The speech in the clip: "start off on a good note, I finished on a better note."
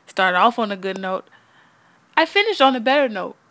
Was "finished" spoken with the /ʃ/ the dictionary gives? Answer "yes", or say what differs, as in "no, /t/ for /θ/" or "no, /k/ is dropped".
yes